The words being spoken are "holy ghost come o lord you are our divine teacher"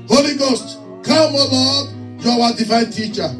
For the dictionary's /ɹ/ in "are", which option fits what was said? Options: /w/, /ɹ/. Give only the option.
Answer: /w/